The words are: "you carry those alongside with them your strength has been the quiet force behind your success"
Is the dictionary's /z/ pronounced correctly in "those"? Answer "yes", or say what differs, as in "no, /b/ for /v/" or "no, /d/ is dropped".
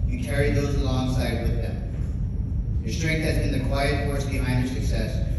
yes